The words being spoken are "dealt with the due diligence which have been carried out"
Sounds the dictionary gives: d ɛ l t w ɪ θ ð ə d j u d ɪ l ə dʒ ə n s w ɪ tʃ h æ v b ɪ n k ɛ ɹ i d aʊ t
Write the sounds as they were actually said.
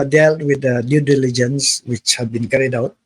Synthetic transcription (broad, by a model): d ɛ l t w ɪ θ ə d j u d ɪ l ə dʒ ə n s w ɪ tʃ h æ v b ɪ n k ɛ ɹ i d aʊ t